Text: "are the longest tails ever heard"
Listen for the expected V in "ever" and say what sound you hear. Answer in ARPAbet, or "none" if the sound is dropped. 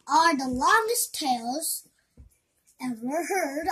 W